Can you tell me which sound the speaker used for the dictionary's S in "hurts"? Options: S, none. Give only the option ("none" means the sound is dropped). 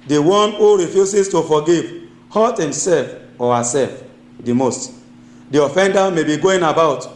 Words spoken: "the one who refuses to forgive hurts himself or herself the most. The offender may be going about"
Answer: none